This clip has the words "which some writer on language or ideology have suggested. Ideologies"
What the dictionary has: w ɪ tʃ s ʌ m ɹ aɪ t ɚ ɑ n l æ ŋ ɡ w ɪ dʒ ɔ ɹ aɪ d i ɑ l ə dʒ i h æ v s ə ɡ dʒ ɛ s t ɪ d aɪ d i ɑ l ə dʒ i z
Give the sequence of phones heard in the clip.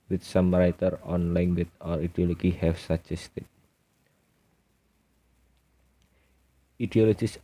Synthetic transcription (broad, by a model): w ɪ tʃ s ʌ m ɹ aɪ t ɚ ɑ n l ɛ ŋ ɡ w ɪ tʃ ɔ ɹ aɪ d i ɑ l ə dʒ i h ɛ f s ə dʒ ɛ s t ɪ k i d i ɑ l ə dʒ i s